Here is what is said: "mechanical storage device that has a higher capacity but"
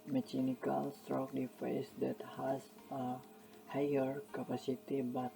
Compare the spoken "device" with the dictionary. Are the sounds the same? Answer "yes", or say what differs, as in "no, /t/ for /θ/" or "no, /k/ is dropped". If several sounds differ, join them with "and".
no, /f/ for /v/